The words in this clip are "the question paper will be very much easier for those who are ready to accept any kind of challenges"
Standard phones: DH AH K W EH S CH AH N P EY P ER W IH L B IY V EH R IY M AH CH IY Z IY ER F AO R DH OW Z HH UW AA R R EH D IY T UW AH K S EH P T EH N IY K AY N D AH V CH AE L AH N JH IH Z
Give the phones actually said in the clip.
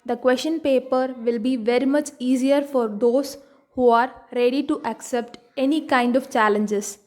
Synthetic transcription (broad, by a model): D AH K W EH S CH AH N P EY P ER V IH L B IY V EH R IY M AH CH IY Z IY ER F AO R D OW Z HH UW AA R R EH D IY T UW AH K S EH P T EH N IY K AY N D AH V CH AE L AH N JH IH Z